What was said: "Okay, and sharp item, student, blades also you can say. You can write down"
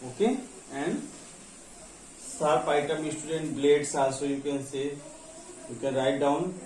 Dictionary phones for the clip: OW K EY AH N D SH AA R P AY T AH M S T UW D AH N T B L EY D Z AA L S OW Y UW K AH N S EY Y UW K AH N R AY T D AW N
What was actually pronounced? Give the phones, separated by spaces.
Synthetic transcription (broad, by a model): OW K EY AH N D S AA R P AY T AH M S T UW D AH N T B L EY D S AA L S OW Y UW K AH N S EY Y UW K AH N R AY T D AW N